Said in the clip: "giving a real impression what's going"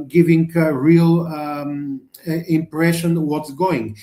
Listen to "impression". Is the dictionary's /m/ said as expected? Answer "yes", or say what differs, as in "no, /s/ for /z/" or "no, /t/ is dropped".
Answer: yes